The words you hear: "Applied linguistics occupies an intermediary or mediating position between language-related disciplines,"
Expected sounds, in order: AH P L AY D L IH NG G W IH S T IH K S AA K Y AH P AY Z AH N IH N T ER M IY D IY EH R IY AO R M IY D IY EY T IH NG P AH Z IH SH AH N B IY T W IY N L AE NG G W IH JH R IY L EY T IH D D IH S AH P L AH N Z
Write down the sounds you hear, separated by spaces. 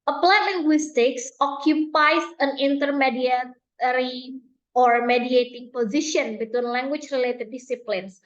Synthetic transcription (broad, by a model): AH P L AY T L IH NG G W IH S T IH K S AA K Y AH P AY S AH N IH N T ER M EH D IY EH R IY AO R M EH D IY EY T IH NG P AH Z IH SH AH N B IY T W IY N L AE NG G W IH CH R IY L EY T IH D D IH S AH P L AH N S